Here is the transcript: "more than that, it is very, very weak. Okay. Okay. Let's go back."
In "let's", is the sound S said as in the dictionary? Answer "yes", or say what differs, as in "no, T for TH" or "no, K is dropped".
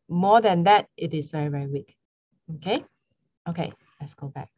yes